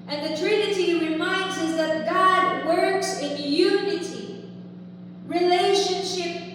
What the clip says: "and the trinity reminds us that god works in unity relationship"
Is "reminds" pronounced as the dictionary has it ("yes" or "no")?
yes